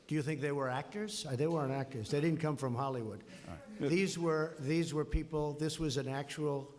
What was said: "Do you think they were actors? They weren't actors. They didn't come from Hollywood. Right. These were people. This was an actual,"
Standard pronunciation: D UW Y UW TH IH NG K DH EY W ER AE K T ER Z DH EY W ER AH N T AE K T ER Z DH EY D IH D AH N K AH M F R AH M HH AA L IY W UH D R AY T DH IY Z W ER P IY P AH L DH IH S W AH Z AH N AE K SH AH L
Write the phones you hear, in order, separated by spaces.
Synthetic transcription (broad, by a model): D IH Y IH TH IH NG K DH EY W ER AE K T ER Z DH EY W ER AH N AE K T ER Z DH EY D IH D N K AH M F R AH M HH AA L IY W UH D W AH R DH IY Z W ER P IY P L DH IH S W AH Z AH N AE K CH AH L